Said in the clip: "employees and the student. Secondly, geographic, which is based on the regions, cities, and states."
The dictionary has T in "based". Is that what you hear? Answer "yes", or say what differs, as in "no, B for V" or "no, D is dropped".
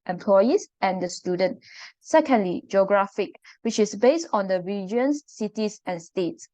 yes